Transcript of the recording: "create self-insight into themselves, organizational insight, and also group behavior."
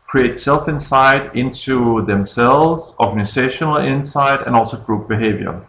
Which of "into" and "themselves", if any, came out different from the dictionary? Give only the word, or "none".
none